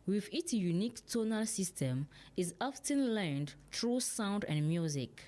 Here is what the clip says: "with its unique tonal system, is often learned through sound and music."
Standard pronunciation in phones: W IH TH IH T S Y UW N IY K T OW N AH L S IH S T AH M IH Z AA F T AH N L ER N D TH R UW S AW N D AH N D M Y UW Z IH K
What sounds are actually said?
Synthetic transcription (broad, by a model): W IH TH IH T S Y UW N IY K T OW N AH L S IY S T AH M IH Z AA F T AH N L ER N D T R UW S AW N D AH N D M Y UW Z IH K